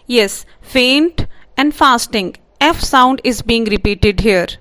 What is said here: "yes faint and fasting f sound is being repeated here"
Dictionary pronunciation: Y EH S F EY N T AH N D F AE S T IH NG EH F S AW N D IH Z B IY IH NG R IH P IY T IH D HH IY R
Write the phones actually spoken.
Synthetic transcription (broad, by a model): Y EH S F EY N T AH N D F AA S T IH NG EH F S AW N D IH Z B IY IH NG R IH P IY T IH D HH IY R